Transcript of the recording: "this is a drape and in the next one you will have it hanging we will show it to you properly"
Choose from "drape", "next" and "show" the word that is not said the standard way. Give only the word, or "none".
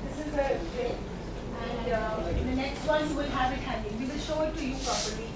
drape